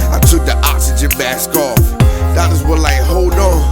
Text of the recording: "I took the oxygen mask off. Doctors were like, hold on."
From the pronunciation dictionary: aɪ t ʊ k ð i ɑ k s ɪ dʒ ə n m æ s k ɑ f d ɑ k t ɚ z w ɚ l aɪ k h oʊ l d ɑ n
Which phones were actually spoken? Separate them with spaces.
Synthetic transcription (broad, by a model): aɪ t ʊ k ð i ɑ k s ɪ dʒ ə n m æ s k ɑ f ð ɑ t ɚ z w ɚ l aɪ k h oʊ l d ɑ